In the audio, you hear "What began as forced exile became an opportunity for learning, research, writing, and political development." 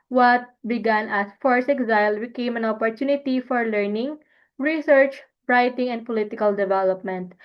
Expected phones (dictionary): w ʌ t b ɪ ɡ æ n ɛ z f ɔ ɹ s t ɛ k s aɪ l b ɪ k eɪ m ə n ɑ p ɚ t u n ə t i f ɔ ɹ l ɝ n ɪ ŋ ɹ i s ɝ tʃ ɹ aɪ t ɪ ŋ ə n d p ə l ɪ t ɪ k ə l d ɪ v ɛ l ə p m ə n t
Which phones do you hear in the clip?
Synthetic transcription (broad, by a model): w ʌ t b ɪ ɡ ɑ n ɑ s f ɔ ɹ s ɛ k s aɪ l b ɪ k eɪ m ə n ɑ p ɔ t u n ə t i f ɔ ɹ l ɝ n ɪ ŋ ɹ i s ɝ tʃ ɹ aɪ t ɪ ŋ ə n d p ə l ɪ t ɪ k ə l d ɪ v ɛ l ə p m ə n t